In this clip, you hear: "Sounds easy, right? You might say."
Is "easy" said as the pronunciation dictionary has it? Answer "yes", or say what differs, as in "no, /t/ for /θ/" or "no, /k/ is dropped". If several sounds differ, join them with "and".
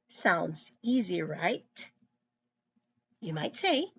yes